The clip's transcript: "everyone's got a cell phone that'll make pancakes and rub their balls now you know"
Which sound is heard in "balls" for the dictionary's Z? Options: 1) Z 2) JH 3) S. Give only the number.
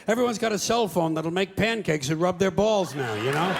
1